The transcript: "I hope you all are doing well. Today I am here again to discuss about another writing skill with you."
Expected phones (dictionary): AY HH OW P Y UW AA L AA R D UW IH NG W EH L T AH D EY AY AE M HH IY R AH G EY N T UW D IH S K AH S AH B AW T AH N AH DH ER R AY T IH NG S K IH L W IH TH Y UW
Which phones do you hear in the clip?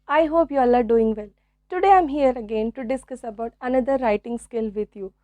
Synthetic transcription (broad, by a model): AY HH OW P Y UW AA L AA R D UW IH NG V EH L T AH D EY AY M HH IY R AH G EY N T UW D IH S K AH S AH B AW T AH N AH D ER R AY T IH NG S K IH L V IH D Y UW